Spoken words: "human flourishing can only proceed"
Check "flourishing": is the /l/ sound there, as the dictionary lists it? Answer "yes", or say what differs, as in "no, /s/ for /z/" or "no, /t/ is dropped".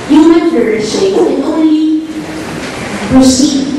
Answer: no, /l/ is dropped